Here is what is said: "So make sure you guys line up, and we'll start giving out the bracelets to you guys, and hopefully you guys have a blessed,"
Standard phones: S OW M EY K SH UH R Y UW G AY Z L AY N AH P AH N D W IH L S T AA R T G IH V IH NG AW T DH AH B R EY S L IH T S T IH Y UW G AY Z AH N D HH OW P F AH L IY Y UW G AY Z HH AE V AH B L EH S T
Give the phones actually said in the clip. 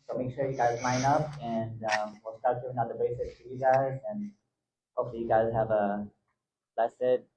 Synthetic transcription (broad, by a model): S OW M EY K SH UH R Y UW G AY Z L AY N AH P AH N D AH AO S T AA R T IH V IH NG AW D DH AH B EY S IH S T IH Y UW G AY Z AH N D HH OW F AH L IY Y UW G AY Z HH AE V AH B L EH S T